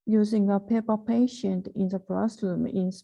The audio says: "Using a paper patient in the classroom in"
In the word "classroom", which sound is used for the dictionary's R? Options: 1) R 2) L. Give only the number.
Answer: 2